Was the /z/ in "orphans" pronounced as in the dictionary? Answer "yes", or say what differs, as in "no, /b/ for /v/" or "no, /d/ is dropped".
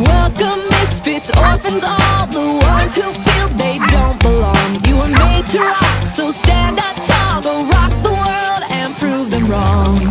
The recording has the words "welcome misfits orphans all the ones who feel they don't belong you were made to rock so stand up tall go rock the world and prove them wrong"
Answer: yes